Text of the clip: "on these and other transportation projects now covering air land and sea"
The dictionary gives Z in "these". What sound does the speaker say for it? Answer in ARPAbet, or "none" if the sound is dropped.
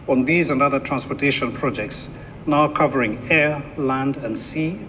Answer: Z